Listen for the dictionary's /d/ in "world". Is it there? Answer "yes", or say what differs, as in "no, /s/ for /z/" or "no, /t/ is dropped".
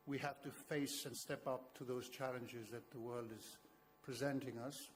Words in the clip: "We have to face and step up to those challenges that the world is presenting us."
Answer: yes